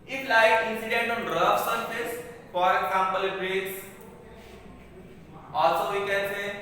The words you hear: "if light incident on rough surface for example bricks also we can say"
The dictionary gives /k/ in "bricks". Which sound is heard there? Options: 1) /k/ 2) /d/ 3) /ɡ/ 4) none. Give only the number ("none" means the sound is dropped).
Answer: 4